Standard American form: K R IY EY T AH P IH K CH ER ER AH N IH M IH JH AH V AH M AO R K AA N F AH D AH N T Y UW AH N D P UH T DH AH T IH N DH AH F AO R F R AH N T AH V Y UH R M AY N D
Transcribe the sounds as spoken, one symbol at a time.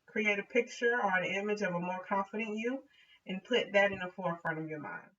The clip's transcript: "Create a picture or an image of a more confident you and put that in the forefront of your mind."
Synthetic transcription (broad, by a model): K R IY EY T AH P IH K CH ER ER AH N IH M IH JH AH V AH M AO R K AA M F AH D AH N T Y UW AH N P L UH T DH AH T IH N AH F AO R F R AH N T AH V Y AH R M AY N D